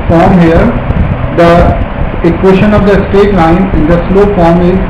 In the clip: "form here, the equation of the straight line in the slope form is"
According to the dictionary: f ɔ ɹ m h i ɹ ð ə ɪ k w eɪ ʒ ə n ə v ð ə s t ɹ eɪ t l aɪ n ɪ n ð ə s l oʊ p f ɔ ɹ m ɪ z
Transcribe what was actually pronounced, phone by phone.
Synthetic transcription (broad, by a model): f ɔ ɹ m h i ɹ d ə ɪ k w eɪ ʃ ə n ə v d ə s t eɪ t l aɪ n ɪ n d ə s l oʊ f ɔ ɹ m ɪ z